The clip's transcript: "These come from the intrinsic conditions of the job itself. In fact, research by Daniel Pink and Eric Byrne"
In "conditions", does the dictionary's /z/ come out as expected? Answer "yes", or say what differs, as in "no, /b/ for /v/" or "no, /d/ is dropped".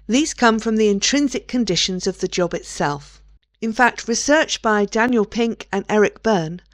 yes